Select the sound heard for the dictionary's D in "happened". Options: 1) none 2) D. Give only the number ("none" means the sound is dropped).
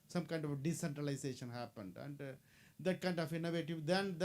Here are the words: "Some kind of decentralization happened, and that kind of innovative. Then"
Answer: 2